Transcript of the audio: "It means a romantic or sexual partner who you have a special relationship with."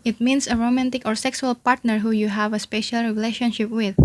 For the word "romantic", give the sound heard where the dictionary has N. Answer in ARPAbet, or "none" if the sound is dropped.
N